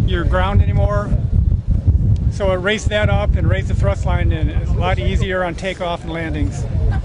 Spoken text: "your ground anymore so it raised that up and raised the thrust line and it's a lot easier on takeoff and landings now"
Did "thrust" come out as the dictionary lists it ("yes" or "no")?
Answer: yes